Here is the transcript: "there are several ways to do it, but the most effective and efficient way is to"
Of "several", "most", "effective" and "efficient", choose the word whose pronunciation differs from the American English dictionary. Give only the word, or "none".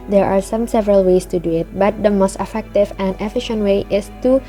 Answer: none